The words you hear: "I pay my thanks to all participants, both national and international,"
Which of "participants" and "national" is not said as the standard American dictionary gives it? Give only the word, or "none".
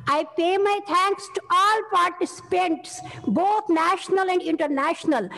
none